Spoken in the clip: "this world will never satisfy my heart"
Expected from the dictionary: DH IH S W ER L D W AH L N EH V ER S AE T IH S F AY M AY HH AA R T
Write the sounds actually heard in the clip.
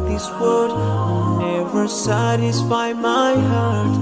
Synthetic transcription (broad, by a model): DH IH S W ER D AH N EH V ER S AE T IH S F AY M AY HH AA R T